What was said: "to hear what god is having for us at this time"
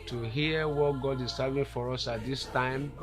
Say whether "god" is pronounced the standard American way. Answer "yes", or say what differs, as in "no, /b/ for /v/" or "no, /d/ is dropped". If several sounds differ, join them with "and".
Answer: yes